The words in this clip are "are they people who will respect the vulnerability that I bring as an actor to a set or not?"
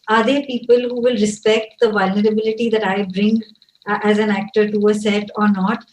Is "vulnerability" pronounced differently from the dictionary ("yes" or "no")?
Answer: no